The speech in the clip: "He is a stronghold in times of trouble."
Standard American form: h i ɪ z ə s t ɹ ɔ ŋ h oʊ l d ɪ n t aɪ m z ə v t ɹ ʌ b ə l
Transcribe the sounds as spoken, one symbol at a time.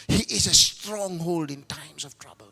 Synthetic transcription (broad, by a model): h i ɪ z ə s t ɹ ɔ ŋ h oʊ l d ɪ n t aɪ m s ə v t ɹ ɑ b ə l